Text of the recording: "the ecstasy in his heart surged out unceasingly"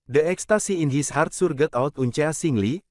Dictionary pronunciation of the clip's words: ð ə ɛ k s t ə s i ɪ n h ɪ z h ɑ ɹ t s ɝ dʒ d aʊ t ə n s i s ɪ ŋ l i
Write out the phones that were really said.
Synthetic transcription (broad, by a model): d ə ɛ k s t ə s i ɪ n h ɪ s h ɑ ɹ t s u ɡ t aʊ t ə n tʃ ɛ s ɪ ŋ l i